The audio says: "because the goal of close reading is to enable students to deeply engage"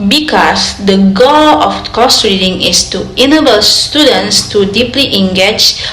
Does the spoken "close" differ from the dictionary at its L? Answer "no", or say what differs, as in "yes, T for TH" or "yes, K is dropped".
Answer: yes, L is dropped